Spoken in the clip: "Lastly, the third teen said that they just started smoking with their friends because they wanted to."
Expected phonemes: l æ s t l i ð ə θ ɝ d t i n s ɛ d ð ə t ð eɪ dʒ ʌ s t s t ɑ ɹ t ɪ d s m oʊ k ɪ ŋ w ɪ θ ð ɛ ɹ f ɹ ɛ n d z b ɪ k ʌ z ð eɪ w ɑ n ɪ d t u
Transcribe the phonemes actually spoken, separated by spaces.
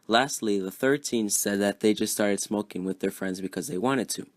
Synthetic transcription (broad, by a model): l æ s t l i ð ə θ ɝ t i n s ɛ d ð ə t ð eɪ dʒ ʌ s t s t ɑ ɹ t ɪ d s m oʊ k ɪ ŋ w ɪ ð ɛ ɹ f ɹ ɛ n d z b ɪ k ʌ z ð eɪ w ɑ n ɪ d t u